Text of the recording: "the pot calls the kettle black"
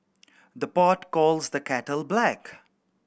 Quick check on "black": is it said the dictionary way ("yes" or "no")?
yes